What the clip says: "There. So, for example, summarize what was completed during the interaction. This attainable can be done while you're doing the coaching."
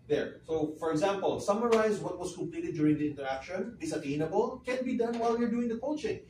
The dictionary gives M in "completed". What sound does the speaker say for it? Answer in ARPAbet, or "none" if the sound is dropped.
M